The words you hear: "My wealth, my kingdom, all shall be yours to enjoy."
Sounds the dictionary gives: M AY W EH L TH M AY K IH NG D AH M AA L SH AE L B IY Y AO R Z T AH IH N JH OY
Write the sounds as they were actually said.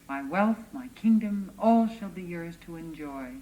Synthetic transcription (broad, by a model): M AY W EH L TH M AY K IH NG D AH M AA L SH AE L B IY Y AO R Z T AH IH N JH OY